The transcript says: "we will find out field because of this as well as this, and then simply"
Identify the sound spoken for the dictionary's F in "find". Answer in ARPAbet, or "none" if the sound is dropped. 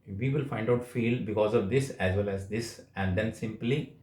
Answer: F